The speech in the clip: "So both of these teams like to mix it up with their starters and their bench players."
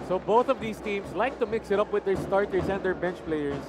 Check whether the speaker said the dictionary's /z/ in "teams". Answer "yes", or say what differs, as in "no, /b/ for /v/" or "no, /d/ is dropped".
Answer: no, /s/ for /z/